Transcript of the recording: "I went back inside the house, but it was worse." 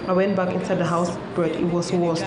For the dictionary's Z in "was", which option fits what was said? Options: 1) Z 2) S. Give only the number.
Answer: 2